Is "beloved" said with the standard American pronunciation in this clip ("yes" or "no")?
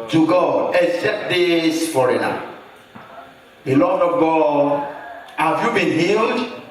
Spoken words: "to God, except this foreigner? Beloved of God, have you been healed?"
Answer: no